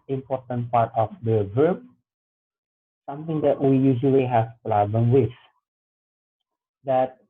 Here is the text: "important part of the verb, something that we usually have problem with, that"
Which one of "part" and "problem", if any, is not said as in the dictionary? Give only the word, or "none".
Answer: problem